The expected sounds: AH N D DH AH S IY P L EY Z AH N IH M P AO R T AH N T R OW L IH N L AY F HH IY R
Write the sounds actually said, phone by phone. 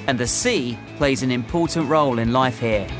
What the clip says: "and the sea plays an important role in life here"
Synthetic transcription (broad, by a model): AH N DH AH S IY P L EY Z AH N IH M P AO T N T R OW L IH N L AY F HH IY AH